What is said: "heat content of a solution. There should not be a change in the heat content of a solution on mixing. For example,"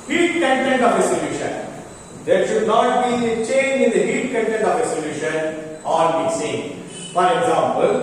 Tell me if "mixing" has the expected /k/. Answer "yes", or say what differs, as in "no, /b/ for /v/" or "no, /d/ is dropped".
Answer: no, /k/ is dropped